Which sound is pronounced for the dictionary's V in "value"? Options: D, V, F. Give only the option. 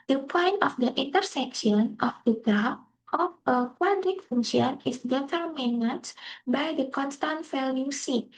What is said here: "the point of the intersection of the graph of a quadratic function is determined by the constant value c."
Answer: F